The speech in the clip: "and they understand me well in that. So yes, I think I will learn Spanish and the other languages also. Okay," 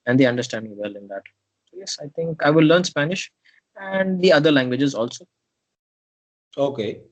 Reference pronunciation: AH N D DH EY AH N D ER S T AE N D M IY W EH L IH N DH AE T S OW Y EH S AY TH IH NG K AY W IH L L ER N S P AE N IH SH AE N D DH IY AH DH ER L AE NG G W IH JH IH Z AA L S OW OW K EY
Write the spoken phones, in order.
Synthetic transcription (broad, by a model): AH N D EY AH N D ER S T AE N D M IY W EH L IH N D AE T S OW Y EH S AY T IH NG K AY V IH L L ER N S P AE N IH SH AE N D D IY AH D ER L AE NG G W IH JH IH Z AA L S OW OW K EY